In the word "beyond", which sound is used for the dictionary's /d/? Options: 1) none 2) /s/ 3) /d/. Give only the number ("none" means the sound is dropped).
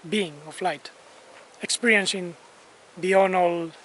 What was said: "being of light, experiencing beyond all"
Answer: 1